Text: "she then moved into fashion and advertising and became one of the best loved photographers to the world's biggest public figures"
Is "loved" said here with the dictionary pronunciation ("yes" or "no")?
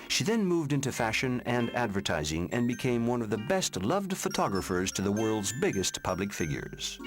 yes